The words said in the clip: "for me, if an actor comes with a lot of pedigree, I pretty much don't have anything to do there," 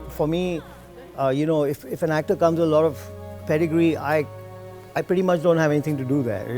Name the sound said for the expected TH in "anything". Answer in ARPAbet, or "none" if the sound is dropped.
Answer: T